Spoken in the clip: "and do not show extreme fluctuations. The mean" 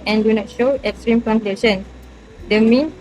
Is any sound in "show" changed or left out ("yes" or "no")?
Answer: no